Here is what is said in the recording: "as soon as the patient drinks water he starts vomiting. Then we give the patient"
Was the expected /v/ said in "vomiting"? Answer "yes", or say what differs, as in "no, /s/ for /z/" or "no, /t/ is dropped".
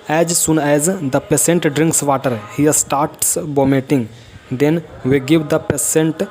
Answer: no, /b/ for /v/